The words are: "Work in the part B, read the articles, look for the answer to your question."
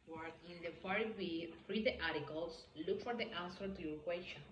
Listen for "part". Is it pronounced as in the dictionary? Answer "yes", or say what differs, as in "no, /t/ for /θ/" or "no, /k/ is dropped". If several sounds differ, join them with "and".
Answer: no, /f/ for /p/